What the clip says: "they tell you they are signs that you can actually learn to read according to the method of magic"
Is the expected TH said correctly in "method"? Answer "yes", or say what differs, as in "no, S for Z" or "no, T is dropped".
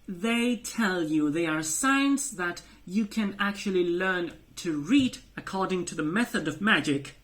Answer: yes